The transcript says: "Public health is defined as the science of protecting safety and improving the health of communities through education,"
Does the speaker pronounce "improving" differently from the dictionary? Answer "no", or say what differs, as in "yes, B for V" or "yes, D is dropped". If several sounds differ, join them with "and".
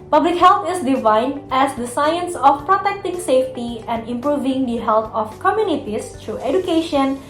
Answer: no